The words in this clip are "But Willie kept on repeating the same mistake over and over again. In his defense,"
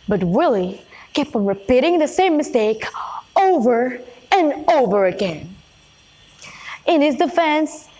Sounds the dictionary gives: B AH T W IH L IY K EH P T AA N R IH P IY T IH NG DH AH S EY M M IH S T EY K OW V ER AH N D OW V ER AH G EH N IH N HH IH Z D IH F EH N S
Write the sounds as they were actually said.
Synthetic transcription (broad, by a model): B AH T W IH L IY K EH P AH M R IH P IY T IH NG DH AH S EY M M IH S T EY K OW V ER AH N OW V ER AH G EH N IH N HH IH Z D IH F EH N S